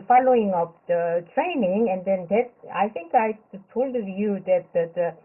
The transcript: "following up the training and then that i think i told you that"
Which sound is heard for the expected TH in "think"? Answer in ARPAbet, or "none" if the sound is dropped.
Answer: T